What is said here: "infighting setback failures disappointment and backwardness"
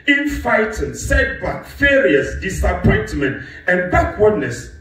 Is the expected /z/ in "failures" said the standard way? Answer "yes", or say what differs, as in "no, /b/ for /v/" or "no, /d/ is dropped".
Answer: no, /s/ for /z/